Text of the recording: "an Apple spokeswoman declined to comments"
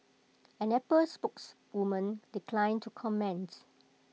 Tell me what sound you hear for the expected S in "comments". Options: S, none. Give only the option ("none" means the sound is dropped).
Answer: none